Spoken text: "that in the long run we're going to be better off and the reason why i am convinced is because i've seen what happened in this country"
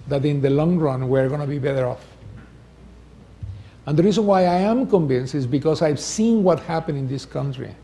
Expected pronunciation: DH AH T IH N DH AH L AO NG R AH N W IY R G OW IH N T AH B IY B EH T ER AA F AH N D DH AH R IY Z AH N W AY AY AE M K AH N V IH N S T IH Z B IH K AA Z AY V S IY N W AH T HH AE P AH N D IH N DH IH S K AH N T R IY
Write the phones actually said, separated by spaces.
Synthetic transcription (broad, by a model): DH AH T IH N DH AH L AO NG R AH N W IY R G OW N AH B IY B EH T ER AA F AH N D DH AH R IY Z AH N W AY AY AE M K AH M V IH N S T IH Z B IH K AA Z AY V S IY N W AH T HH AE P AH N IH N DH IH S K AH N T R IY